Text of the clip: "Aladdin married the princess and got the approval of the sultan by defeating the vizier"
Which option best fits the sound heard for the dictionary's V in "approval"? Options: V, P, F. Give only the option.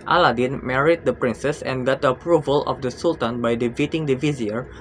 V